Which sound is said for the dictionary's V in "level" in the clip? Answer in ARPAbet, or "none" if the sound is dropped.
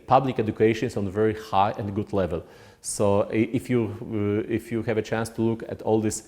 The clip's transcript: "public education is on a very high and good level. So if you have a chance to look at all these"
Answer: V